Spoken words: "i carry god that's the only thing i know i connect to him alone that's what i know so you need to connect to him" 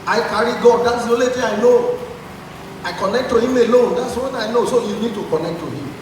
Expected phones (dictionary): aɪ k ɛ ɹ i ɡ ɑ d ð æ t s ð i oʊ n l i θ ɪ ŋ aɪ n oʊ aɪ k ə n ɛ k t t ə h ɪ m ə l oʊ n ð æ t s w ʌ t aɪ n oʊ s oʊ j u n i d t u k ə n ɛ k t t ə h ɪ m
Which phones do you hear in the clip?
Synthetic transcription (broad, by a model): aɪ k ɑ ɹ i ɡ ɑ d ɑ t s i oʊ l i t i aɪ n oʊ aɪ k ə n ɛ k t t ə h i m ə l oʊ n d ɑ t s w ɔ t aɪ n oʊ s oʊ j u n i d t u k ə n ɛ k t t ə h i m